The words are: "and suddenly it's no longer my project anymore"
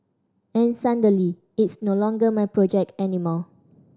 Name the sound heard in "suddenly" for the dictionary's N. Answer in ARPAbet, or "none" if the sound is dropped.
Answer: none